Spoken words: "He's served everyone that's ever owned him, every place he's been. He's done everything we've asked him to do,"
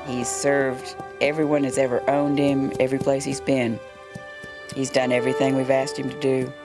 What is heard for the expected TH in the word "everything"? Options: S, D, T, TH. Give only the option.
TH